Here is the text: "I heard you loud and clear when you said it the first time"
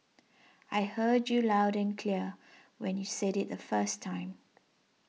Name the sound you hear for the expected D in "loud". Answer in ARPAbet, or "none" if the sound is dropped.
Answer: D